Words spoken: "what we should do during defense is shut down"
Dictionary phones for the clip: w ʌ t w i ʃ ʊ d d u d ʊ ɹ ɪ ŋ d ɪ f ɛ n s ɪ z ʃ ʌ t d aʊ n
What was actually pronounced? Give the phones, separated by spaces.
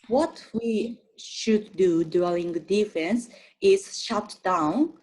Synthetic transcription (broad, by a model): w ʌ t w i ʃ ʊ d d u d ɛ l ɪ ŋ d ɪ f ɛ n s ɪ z ʃ ʌ t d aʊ n